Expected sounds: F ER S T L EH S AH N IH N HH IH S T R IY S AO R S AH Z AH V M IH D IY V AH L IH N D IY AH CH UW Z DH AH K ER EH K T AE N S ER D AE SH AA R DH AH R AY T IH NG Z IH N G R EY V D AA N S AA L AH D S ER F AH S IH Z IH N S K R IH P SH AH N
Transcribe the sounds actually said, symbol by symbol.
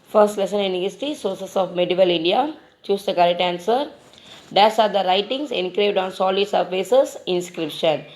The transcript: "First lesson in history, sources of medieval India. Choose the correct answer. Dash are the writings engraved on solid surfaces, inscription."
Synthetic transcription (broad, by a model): F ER S T L EH S AH N IH N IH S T IY S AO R S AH S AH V M IH D IY V AH L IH N D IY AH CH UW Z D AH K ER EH T AE N S ER D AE S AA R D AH R AY T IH NG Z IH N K R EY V D AA N S AA L AH D S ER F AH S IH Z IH N S K R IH P SH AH N